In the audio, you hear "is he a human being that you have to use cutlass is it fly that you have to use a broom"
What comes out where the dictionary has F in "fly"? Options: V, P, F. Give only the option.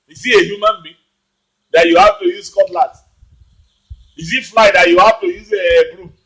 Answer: F